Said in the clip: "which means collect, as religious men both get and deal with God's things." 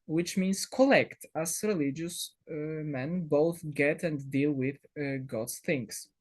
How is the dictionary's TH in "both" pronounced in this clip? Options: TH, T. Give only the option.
TH